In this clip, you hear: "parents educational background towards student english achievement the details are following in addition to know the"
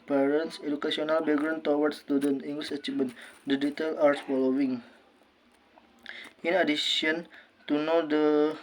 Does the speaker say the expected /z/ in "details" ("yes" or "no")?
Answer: no